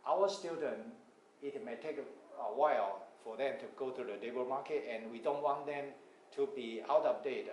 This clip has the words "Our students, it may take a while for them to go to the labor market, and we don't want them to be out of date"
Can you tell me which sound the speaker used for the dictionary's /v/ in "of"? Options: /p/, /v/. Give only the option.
/p/